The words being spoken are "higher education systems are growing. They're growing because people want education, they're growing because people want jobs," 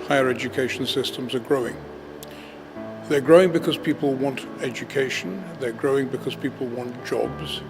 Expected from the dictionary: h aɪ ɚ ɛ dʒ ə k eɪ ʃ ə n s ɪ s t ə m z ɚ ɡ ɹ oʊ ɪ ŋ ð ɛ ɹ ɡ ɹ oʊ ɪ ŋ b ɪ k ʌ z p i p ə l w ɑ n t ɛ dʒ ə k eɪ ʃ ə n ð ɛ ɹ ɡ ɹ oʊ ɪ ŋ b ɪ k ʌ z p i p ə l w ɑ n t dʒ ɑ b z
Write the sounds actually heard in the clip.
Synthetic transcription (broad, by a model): h aɪ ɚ ɛ dʒ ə k eɪ ʃ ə n s ɪ s t ə m z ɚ ɡ ɹ oʊ ɪ ŋ ð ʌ ɹ ɡ ɹ oʊ ɪ ŋ b ɪ k ʌ z p i p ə l w ɑ n t ɛ dʒ ə k eɪ ʃ ə n ð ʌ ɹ ɡ ɹ oʊ ɪ ŋ b ɪ k ʌ z p i p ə l w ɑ n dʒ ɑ b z